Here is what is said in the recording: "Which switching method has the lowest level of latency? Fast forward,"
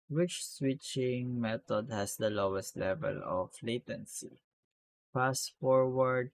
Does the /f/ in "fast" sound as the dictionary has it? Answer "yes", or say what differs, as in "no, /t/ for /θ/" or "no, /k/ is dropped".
no, /p/ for /f/